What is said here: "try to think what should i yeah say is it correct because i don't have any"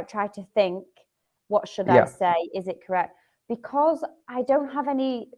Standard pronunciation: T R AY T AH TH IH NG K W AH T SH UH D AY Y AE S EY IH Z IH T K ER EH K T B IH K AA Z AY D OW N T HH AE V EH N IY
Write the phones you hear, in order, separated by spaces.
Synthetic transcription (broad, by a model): T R AY T AH TH IH NG K W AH T SH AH D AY S EY IH Z IH T K ER EH K T B IH K AA Z AY D OW N T HH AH V EH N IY